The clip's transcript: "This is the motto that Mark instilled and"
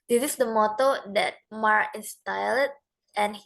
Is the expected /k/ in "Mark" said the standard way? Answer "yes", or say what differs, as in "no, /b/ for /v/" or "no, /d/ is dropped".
no, /k/ is dropped